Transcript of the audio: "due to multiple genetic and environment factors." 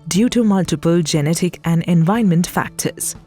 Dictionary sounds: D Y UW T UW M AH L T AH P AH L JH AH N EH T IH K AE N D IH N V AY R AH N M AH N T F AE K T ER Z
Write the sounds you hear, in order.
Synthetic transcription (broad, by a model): D Y UW T UW M AH L T AH P AH L JH AH N EH T IH K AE N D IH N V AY AH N M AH N T F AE K T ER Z